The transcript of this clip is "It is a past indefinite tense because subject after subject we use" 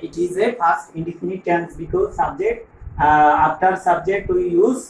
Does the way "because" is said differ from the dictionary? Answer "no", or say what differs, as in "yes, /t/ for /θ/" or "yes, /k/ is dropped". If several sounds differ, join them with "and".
no